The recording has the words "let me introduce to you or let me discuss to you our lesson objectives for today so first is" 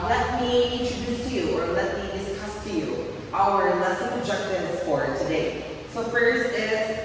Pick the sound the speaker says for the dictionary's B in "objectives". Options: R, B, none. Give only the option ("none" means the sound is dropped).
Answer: none